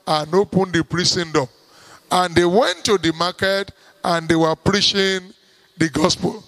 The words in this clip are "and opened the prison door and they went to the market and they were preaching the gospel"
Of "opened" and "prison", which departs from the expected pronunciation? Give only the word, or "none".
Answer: prison